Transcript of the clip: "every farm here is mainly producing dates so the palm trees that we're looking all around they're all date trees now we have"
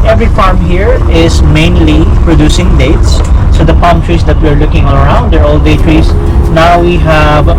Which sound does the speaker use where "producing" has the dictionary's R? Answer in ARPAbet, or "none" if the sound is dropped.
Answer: R